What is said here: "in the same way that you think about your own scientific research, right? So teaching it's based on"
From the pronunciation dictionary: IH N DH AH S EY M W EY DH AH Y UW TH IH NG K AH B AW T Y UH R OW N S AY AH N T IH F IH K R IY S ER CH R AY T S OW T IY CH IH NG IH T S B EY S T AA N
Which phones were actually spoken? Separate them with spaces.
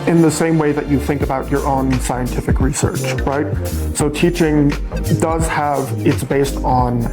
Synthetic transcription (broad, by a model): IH N DH AH S EY M W EY DH AH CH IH TH IH NG K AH B AW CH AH R OW N S AY AH N T IH F IH K R IY S ER CH R AY T S OW T IY CH IH NG IH T S B EY S T N